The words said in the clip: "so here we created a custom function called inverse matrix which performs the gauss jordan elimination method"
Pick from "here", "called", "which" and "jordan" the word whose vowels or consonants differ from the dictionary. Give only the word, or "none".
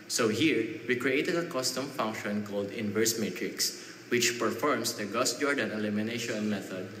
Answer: none